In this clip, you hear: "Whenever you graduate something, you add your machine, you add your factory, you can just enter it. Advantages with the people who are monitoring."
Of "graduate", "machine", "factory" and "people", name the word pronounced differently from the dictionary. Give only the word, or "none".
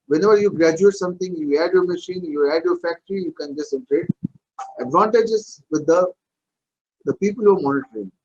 none